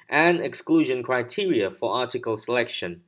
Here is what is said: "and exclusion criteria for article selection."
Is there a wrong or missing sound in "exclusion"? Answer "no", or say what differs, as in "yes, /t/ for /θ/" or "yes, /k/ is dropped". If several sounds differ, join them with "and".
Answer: no